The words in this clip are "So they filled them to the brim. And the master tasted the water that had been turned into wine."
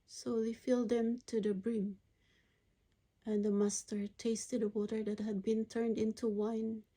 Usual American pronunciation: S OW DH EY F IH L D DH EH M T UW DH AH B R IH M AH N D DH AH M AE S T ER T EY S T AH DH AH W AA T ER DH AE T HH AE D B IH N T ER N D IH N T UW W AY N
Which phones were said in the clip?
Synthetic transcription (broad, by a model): S OW DH EY F IH L D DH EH M T UW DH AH B R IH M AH N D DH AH M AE S T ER T EY S T AH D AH W AA T ER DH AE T HH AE D B IH N T ER N D IH N T UW W AY N